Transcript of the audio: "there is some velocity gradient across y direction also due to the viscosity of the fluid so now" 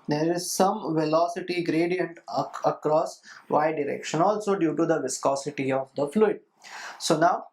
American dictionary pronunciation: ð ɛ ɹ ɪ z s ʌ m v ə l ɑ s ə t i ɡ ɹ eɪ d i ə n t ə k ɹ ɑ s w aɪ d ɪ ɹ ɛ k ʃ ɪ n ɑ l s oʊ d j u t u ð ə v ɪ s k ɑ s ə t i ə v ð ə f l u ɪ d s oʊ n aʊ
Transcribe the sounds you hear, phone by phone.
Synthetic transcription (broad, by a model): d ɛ ɹ ɪ z s ʌ m v ə l ɑ s ə t i ɡ ɹ eɪ d i ə n t ə k ɹ ɑ s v aɪ d ɪ ɹ ɛ k ʃ ɪ n ɑ l s oʊ d j u t u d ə v ɪ s k ɑ s ə t i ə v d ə f l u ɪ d s oʊ n aʊ